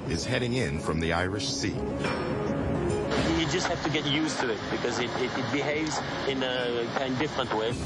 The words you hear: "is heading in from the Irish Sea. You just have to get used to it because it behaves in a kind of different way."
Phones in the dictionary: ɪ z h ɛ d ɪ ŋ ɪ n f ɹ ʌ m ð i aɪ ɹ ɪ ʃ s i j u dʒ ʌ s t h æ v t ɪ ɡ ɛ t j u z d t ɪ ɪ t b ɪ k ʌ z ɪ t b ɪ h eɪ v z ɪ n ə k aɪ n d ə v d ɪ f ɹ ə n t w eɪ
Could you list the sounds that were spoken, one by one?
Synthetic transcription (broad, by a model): ɪ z h ɛ d ɪ ŋ ɪ n f ɹ ʌ m ð i aɪ ɹ ɪ ʃ s i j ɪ dʒ ʌ s t h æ f t ɪ ɡ ɛ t j u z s t ɪ ɪ t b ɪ k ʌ z ɪ t b ɪ h eɪ v z ɪ n ə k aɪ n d d ɪ f ɹ ə n t w eɪ